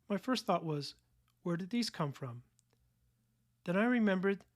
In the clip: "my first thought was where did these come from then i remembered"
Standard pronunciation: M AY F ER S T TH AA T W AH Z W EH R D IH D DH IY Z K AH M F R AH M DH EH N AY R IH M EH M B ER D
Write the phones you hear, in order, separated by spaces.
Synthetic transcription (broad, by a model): M AY F ER S T TH AA T W AH Z W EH R D IH D DH IY Z K AH M F R AH M DH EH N AY R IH M EH M B ER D